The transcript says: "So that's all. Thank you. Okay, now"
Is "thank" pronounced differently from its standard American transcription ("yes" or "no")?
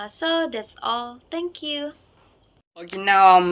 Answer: yes